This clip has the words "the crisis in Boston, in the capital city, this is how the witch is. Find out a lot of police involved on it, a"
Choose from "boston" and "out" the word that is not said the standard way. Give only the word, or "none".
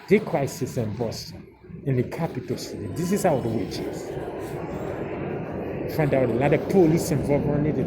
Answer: boston